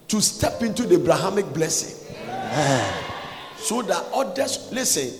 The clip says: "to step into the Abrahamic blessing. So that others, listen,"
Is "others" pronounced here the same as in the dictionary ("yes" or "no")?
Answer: no